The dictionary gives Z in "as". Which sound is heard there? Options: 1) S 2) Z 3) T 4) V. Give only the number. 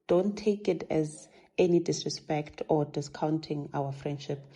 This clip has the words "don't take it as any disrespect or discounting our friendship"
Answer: 2